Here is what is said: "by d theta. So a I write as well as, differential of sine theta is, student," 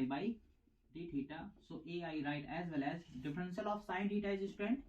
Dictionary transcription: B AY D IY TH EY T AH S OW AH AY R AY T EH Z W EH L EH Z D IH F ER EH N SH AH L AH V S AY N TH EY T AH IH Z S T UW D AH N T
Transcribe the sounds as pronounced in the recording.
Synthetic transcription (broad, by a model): B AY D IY T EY T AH S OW AH AY R AY T EH Z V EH L EH Z D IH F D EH N S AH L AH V S AY N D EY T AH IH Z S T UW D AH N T